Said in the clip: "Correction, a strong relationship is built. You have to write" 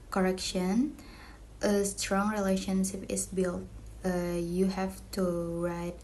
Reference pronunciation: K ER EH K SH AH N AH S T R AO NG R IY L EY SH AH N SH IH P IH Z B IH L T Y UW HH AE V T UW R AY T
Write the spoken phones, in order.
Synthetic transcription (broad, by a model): K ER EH K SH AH N AH S T R AO NG R IY L EY SH AH N SH IH P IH S B IH L T Y UW HH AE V T UW R AY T